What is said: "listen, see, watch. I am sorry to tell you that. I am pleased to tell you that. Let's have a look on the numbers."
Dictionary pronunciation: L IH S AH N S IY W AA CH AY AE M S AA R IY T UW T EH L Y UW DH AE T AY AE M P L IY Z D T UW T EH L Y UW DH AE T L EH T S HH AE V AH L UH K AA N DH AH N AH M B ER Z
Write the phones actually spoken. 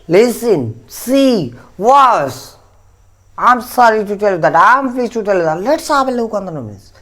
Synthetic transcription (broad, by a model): L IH S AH N S IY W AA S AY M S AA R IY T UW T EH L Y UW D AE T AY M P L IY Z T UW T EH L Y UW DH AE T L EH T S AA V AH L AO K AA N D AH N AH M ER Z